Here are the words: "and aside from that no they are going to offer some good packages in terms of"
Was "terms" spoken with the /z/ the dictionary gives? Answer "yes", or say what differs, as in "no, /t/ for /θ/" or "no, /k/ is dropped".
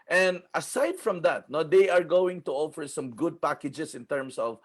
no, /s/ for /z/